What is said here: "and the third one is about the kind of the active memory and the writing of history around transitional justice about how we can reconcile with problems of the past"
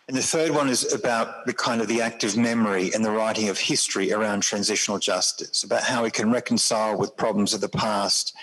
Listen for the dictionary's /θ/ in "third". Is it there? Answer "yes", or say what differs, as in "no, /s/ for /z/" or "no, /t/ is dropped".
yes